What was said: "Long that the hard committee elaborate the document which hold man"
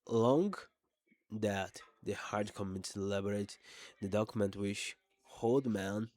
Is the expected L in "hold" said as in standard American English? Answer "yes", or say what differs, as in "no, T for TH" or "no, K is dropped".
yes